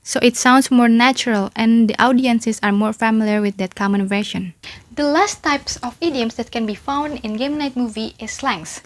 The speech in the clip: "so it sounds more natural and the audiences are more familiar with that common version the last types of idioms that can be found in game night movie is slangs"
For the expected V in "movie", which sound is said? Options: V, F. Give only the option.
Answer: V